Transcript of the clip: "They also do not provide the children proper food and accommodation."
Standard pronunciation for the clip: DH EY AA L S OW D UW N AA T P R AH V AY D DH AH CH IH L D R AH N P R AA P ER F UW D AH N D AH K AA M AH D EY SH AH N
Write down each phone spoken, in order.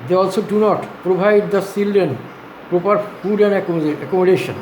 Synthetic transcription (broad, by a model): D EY AA L S OW D UW N AA T P R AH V AY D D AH S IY L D AH N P R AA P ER F UW D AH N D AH K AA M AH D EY SH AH N